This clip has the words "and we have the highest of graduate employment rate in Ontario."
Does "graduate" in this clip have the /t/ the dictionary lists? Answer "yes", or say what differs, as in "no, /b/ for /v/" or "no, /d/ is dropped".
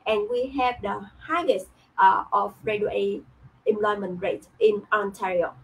no, /t/ is dropped